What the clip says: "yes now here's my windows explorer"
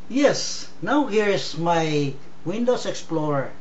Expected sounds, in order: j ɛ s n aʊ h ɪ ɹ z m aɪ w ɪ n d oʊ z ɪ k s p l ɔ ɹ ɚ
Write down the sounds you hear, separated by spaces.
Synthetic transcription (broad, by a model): j ɛ s n aʊ h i ɹ s m aɪ w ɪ n d oʊ s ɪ k s p l ɔ ɹ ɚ